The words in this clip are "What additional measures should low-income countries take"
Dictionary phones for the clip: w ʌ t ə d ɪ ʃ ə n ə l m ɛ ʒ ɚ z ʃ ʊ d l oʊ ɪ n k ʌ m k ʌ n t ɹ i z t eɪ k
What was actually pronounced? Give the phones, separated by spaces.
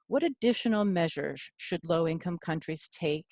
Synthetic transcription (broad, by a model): w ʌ t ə d ɪ ʃ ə n l m ɛ ʒ ɚ z ʃ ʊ d l oʊ ɪ n k ʌ m k ʌ n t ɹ i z t eɪ k